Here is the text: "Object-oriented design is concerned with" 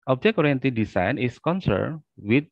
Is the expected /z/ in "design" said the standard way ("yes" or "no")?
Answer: no